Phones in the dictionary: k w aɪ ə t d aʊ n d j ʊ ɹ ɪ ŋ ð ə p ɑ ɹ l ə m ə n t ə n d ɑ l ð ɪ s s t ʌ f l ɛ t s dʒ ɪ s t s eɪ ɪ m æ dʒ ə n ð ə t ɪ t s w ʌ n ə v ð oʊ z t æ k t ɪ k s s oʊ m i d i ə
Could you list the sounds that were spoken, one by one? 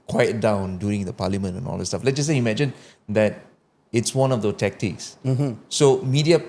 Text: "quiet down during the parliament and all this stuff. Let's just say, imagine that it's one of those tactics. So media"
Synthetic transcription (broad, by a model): k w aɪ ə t d aʊ n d j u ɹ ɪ ŋ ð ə p ɑ l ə m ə n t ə n ɑ l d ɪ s s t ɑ f l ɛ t dʒ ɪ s s eɪ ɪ m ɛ dʒ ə n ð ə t ɪ t s w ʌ n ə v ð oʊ t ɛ k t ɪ k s s oʊ m i d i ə